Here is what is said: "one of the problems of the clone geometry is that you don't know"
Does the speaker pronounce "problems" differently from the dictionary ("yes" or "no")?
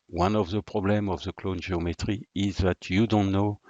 yes